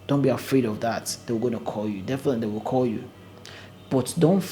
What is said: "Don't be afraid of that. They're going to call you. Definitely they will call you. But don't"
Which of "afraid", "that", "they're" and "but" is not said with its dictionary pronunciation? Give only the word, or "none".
they're